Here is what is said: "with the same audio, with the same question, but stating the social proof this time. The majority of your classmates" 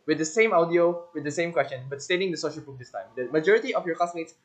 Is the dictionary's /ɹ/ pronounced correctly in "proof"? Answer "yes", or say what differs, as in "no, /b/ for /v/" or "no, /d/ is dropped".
no, /ɹ/ is dropped